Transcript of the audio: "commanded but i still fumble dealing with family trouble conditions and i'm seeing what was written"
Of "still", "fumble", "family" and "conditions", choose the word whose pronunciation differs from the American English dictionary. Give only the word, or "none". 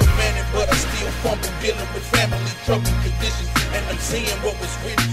fumble